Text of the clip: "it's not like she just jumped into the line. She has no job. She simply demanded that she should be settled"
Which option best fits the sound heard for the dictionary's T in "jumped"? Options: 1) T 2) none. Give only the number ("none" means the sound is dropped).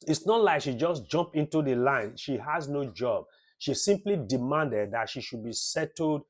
2